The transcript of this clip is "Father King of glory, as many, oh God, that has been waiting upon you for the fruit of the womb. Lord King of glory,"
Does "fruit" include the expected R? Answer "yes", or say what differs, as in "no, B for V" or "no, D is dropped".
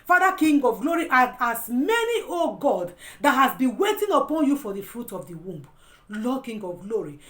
yes